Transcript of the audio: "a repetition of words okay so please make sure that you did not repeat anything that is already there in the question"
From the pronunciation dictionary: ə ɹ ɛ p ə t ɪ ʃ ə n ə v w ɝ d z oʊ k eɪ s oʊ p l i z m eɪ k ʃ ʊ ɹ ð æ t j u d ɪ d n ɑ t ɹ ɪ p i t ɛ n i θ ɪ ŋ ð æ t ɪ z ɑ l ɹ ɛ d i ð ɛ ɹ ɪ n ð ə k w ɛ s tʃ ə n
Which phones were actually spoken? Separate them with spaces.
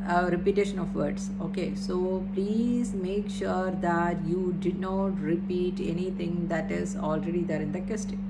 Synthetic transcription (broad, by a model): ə ɹ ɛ p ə t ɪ ʃ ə n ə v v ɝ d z oʊ k eɪ s oʊ p l i z m eɪ k ʃ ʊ ɹ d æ t j u d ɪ n ɑ t ɹ ɪ p i t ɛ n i t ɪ ŋ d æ t ɪ z ɑ l ɹ ɛ d i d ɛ ɹ ɪ n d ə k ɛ s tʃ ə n